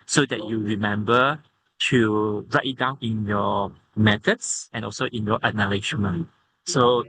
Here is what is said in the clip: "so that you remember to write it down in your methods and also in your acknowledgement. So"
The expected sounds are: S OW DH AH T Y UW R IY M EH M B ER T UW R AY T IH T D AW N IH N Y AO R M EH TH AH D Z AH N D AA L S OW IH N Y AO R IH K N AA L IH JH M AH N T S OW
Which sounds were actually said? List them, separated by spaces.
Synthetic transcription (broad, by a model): S OW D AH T Y UW R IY M EH M B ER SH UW R AY T IH T D AW N IH N Y AO M EH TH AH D S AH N AA L S OW IH N Y AO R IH N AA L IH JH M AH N S OW